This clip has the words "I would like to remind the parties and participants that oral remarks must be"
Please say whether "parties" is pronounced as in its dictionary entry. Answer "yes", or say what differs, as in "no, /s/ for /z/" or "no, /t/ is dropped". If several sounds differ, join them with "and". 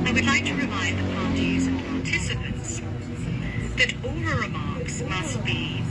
yes